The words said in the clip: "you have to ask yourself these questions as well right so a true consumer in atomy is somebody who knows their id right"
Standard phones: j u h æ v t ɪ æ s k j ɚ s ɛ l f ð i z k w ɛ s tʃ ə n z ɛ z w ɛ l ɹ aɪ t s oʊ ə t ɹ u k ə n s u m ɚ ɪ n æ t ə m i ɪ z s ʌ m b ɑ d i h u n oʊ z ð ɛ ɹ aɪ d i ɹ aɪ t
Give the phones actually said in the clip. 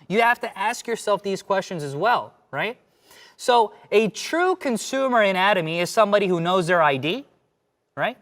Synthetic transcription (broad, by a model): j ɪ h æ f t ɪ æ s k j ɚ s ɛ l f ð i z k w ɛ s tʃ ə n z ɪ z w ɛ l ɹ aɪ t s oʊ ə t ɹ u k ə n s u m ɚ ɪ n æ t ə m i ɪ z s ʌ m b ɑ d i h u n oʊ z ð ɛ ɹ aɪ d i ɹ aɪ t